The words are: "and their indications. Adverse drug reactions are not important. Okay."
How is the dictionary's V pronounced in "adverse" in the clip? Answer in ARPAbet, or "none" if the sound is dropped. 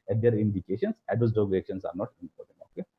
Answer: none